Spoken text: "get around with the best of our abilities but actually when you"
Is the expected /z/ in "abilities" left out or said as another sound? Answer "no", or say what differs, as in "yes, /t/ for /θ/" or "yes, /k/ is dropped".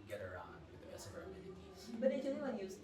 yes, /z/ is dropped